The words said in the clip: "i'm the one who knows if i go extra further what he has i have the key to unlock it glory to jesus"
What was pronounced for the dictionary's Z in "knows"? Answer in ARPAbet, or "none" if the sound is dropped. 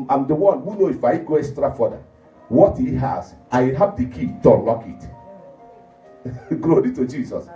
none